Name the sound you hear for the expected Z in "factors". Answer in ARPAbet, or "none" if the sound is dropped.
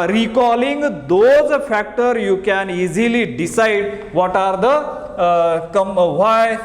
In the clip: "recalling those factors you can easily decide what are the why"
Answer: none